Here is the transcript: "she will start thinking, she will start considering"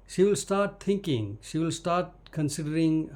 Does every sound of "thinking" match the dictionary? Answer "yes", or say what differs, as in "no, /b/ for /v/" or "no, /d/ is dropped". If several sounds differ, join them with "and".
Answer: no, /t/ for /θ/